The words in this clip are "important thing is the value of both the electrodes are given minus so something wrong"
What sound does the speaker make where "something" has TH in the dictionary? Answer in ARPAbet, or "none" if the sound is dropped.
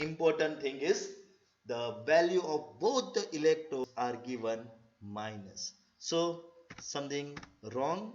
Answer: T